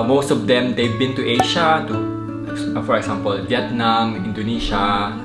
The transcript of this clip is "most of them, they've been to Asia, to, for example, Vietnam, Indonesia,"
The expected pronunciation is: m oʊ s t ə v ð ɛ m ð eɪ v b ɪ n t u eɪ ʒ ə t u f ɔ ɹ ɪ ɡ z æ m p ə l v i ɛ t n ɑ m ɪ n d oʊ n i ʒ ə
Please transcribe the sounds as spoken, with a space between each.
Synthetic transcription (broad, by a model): m oʊ s t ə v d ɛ m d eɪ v b ɪ n t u eɪ ʃ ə t u f ɔ ɹ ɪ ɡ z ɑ m p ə l v i ɛ t n ɑ m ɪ n d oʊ n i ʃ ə